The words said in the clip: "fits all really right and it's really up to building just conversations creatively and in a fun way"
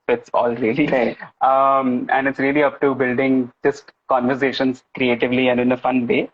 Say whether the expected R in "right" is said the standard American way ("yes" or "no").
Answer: no